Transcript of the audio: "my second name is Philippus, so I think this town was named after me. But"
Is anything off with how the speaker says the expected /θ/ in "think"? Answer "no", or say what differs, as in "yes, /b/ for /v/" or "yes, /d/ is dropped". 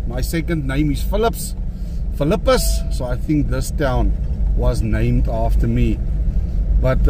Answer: no